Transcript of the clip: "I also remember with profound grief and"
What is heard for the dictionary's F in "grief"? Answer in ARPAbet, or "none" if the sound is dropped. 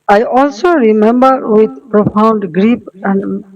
P